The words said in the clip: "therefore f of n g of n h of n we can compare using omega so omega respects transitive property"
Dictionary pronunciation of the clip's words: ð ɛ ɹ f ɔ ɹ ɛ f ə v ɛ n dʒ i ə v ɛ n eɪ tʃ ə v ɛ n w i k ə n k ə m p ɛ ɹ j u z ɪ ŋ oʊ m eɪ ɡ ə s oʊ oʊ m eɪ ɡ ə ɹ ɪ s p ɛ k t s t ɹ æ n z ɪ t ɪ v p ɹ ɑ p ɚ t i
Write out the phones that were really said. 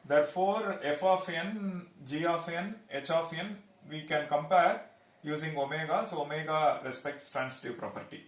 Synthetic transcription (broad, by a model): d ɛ ɹ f ɔ ɹ ɛ f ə f ɛ n dʒ i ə f ɛ n eɪ tʃ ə f ɛ n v i k ə n k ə m p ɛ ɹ j u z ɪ ŋ oʊ m eɪ ɡ ə s oʊ oʊ m eɪ ɡ ə ɹ ɪ s p ɛ k t s t ɹ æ n s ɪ t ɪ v p ɹ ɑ p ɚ t i